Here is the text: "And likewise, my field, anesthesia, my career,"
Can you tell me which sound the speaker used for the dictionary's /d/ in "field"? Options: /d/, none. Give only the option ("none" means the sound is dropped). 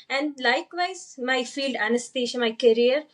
/d/